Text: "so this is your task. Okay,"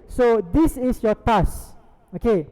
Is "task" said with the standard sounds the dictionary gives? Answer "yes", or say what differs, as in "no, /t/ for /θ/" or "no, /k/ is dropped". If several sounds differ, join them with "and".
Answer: no, /k/ is dropped